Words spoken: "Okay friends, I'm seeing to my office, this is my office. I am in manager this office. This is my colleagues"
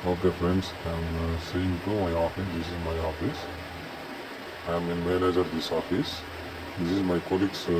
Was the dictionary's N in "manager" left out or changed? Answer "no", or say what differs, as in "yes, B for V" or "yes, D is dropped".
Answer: yes, L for N